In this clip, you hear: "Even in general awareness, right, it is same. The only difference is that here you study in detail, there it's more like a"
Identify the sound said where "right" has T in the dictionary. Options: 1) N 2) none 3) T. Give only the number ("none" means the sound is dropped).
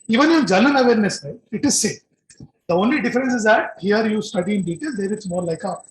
2